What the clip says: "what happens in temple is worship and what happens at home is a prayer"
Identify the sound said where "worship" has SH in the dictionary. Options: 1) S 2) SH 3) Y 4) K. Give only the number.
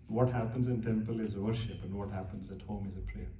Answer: 2